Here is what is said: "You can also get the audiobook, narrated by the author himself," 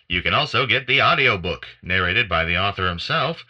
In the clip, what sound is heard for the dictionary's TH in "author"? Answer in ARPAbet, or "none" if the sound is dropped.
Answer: TH